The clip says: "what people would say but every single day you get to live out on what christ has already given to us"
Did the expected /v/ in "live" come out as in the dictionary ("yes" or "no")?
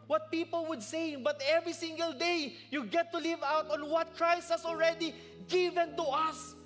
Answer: yes